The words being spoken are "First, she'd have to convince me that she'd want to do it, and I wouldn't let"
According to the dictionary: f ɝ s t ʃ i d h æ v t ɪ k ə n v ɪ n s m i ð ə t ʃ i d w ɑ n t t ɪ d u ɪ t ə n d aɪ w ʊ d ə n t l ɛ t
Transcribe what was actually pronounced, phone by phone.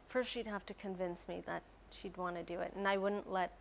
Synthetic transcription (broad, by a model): f ɝ s t ʃ i d h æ f t ɪ k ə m v ɪ n s m i ð ə t ʃ i d w ɑ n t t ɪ d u ɪ t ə n aɪ w ʊ d n t l ɛ t